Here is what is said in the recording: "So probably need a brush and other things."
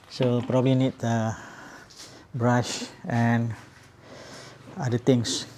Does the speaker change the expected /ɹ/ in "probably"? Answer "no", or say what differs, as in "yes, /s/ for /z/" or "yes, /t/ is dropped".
no